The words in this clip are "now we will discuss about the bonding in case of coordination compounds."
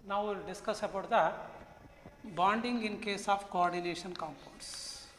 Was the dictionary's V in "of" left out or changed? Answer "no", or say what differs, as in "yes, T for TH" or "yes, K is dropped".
yes, P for V